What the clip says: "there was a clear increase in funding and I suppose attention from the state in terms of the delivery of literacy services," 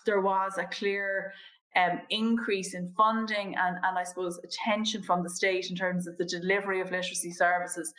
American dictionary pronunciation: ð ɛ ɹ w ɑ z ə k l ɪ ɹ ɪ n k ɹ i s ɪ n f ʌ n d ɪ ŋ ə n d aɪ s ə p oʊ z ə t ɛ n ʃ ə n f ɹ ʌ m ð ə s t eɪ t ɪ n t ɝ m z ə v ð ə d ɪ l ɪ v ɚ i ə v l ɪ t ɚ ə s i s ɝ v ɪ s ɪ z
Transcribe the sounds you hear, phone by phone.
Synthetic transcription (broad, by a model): ð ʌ ɹ w ɑ z ə k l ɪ ɹ ɪ n k ɹ i s ɪ n f ʌ n d ɪ ŋ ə n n aɪ s ə p oʊ z ə t ɛ n ʃ ə n f ɹ ʌ m ð ə s t eɪ t ɪ n t ɝ m z ə v ð ə d ɪ l ɪ v ɚ i ə v l ɪ t ɚ ə s i s ɝ v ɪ s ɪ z